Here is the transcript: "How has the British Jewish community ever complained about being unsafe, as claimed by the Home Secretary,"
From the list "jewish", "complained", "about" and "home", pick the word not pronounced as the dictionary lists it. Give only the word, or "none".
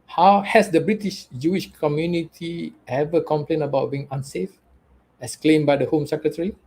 complained